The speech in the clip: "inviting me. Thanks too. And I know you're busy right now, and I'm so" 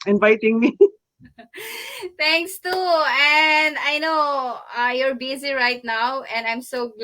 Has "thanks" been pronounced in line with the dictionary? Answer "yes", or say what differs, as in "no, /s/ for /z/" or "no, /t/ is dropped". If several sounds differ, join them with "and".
no, /t/ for /θ/